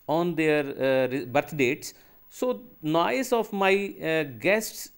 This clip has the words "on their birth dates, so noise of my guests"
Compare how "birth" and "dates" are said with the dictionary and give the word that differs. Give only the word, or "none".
birth